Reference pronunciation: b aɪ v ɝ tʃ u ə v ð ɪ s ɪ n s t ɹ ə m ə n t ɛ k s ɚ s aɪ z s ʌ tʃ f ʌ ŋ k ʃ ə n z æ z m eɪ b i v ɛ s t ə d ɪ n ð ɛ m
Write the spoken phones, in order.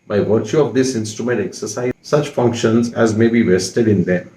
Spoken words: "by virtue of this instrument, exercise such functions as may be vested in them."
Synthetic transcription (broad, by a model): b aɪ v ɝ tʃ u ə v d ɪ s ɪ n s t ɹ ə m ə n t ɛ k s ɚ s aɪ s ʌ tʃ f ʌ ŋ k ʃ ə n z æ z m eɪ b i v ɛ s t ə d ɪ n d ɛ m